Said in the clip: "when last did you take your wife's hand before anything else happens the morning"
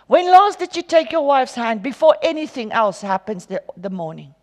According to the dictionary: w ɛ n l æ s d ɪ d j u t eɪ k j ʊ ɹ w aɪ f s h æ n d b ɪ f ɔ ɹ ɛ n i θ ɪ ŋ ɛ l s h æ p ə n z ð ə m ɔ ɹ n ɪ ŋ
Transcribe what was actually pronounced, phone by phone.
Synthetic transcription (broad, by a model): w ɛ n l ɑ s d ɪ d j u t eɪ k j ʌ w aɪ f s h æ n d b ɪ f ɔ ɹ ɛ n i θ ɪ ŋ ɛ l s h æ p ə n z ð ə m ɔ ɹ n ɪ ŋ